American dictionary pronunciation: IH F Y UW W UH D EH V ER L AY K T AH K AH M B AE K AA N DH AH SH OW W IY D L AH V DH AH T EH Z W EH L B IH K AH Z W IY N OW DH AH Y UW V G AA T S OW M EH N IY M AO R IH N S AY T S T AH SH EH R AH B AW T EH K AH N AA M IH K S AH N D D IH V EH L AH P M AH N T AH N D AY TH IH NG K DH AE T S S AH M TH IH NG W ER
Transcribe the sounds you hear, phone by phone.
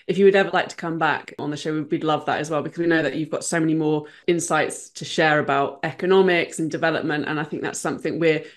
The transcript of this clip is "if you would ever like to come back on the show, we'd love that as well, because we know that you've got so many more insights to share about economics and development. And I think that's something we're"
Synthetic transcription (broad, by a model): IH F Y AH W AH D EH V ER L AY K T AH K AH M B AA K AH N DH AH SH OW W IY D L AH V DH AH T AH Z W EH L B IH K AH Z W IY N OW DH AH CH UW V G AA T S OW M EH N IY M AO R IH N S AY T S T AH SH EH R AH B AW T EH K AH N AA M IH K S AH N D D IH V EH L AH P M AH N T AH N AY TH IH NG K DH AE T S S AH M TH IH NG W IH